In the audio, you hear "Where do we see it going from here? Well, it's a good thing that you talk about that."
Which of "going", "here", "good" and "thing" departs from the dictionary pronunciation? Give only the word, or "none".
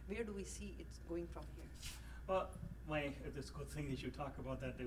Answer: none